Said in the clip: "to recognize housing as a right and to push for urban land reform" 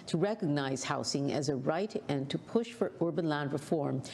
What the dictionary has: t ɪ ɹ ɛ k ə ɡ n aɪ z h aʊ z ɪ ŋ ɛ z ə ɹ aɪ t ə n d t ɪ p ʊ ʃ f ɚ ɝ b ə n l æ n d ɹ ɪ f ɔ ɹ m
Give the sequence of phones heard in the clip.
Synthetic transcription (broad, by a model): t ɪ ɹ ɛ k ə ɡ n aɪ z h aʊ s ɪ ŋ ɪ z ə ɹ aɪ t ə n t ɪ p ʊ ʃ f ɚ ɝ b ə n l æ n d ɹ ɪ f ɔ ɹ m